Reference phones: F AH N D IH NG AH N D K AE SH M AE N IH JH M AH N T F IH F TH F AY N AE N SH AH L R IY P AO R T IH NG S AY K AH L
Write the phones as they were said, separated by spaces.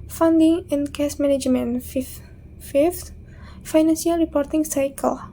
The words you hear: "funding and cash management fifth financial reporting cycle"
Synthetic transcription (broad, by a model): F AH N D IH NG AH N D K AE S M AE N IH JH M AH N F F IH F T F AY N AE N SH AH L R IY P AO R T IH NG S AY K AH L